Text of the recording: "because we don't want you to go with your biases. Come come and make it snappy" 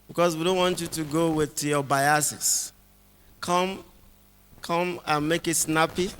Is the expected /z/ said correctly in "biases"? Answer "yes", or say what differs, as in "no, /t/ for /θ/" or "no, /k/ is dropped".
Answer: no, /s/ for /z/